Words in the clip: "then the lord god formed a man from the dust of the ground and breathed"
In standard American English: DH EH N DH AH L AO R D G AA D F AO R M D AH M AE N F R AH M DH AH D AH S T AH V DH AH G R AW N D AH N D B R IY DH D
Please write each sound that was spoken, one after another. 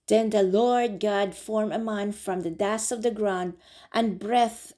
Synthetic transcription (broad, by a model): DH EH N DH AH L AO R D G AA D F AO R M AH M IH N F R AH M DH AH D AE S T AH V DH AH G R AW N D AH N B R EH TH